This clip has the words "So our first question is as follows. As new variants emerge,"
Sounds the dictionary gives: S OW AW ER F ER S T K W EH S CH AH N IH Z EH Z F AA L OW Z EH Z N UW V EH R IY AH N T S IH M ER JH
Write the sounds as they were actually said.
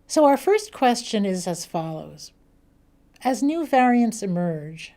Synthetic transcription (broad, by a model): S OW AW ER F ER S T K W EH S CH AH N IH Z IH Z F AA L OW Z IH Z N UW V EH R IY AH N T S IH M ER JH